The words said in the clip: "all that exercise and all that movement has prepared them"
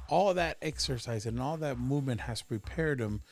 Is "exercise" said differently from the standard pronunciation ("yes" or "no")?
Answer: no